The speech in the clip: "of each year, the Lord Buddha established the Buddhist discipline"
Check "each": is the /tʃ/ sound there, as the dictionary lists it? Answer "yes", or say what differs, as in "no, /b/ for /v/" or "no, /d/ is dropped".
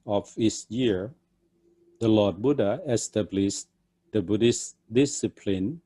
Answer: no, /s/ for /tʃ/